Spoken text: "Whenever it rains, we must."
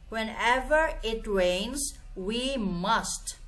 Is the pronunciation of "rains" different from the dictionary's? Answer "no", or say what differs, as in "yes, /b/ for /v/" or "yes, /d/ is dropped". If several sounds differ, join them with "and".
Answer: no